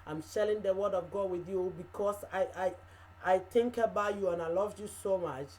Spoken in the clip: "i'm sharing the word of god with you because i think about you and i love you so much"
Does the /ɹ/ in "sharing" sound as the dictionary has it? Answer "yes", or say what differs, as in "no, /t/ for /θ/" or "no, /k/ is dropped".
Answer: no, /l/ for /ɹ/